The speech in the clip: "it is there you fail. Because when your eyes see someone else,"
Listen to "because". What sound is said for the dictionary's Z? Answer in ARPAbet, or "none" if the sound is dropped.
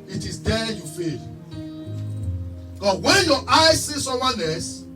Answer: none